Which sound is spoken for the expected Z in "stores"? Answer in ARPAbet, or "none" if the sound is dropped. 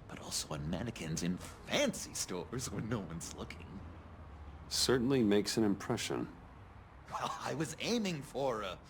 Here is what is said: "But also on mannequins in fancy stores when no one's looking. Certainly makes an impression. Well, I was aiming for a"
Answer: Z